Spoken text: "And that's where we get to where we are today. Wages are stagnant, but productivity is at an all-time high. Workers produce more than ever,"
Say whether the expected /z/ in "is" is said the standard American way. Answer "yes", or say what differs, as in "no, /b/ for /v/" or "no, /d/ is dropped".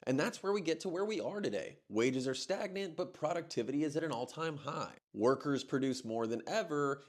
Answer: yes